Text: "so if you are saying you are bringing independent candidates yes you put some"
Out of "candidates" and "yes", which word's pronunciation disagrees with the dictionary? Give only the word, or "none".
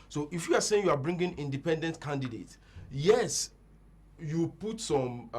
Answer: candidates